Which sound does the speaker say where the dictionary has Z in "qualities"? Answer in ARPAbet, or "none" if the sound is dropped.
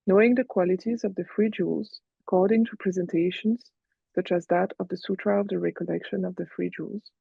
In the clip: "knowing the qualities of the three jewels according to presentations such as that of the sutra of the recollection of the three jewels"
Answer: Z